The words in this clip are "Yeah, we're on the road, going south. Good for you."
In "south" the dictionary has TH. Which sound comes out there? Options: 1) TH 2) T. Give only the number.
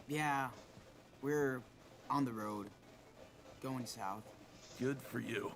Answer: 1